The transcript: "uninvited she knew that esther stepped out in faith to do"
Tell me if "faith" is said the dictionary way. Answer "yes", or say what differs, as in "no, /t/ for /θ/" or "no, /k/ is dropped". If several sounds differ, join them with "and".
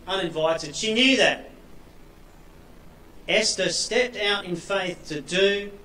yes